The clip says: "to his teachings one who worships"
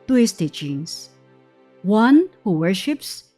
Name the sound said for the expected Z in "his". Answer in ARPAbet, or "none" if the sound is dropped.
S